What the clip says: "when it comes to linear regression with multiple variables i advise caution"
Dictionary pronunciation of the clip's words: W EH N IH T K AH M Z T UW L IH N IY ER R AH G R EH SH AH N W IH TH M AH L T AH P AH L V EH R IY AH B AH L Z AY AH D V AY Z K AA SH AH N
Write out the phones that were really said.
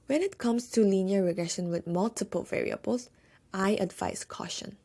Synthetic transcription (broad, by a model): W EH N IH T K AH M S T UW L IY N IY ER R AH G R EH SH AH N W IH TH M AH L T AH P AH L V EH R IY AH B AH L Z AY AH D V AY S K AA SH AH N